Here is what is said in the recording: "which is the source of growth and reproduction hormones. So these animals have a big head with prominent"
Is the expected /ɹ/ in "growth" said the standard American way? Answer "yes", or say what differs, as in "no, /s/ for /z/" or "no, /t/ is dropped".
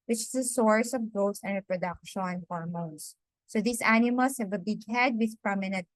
no, /ɹ/ is dropped